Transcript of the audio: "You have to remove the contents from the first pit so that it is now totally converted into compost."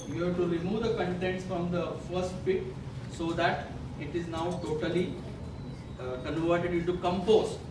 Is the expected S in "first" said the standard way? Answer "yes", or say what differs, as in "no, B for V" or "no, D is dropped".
yes